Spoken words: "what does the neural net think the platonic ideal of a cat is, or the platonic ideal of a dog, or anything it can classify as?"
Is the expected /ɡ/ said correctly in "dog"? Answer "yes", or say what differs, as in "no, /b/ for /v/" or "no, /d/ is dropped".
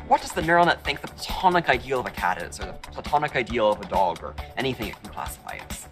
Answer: yes